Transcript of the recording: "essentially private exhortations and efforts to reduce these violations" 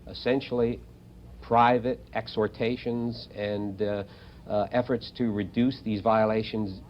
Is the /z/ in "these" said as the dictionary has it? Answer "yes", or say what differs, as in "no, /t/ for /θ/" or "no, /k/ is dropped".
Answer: yes